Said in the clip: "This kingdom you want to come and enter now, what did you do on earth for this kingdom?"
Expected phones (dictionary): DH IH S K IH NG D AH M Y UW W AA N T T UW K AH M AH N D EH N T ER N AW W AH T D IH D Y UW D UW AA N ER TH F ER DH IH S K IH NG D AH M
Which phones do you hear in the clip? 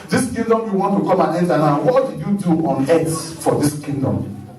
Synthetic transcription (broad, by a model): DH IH S K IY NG D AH M Y UW W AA N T T UW K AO M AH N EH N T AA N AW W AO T D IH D Y UW D UW AA N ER S F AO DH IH S K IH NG D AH M